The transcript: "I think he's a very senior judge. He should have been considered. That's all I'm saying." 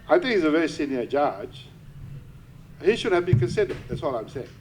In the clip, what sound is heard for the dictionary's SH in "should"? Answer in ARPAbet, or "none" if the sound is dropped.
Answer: SH